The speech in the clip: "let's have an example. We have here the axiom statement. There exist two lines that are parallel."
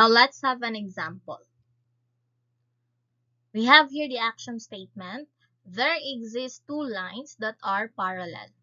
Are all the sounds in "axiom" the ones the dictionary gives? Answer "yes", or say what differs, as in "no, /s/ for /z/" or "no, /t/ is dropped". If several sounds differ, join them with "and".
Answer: no, /ʃ/ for /s/